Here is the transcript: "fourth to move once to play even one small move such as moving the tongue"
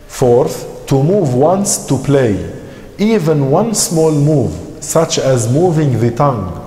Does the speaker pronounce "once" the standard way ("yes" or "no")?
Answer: yes